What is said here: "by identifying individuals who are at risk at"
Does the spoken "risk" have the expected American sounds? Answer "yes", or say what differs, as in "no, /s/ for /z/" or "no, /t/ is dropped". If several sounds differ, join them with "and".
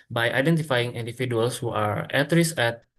no, /k/ is dropped